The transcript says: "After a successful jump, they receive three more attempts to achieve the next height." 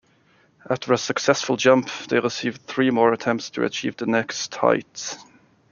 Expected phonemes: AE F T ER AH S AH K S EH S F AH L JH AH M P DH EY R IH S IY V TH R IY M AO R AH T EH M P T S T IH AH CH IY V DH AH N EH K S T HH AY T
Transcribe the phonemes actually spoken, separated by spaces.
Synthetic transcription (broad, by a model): AE F T ER AH S AH K S EH S F AH L JH AH M P DH EY R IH S IY V TH R IY M AO R AH T EH M P T S T IH AH CH IY V DH AH N EH K S T HH AY T